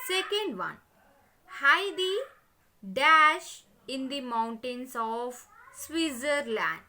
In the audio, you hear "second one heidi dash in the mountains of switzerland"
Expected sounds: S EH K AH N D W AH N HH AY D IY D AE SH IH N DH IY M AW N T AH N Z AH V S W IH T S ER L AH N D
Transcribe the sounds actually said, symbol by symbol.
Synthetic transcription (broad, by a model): S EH K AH N D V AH N HH AY D IY D AE SH IH N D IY M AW N T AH N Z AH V S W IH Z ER L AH N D